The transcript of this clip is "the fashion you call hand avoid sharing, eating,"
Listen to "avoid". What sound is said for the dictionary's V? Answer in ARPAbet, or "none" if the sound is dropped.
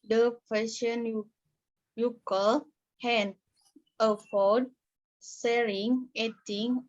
F